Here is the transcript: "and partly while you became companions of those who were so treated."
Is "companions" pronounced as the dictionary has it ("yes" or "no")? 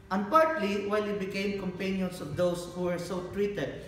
no